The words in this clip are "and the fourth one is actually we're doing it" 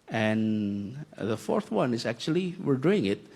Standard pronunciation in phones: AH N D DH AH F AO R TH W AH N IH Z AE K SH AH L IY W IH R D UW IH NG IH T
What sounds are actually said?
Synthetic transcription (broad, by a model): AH N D DH AH F AO R TH W AH N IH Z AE K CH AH L IY W IH R D UW IH NG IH T